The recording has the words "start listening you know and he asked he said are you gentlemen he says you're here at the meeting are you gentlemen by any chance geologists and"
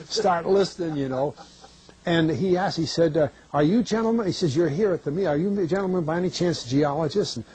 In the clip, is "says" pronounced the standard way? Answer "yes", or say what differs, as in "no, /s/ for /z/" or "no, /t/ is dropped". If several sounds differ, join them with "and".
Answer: yes